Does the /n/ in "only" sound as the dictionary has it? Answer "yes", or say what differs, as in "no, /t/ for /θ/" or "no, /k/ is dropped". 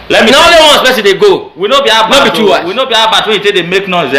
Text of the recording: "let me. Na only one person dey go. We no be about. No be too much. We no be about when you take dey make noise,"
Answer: no, /n/ is dropped